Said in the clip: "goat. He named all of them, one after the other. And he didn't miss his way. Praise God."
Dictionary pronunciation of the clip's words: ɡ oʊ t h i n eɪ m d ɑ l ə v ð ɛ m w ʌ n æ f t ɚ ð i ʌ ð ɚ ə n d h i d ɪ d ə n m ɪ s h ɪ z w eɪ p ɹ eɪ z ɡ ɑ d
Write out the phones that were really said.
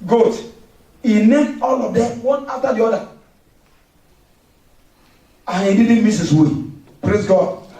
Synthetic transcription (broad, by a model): ɡ oʊ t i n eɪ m ɑ l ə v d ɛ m w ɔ n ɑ f t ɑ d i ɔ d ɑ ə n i d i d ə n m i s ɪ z w eɪ p ɹ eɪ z ɡ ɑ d